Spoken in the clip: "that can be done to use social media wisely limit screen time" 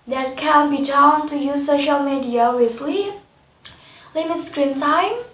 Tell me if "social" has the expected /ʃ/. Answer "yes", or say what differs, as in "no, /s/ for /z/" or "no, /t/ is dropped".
yes